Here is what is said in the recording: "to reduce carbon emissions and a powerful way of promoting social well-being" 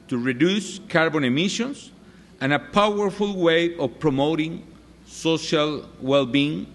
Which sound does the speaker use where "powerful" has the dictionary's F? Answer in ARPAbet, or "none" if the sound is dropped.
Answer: F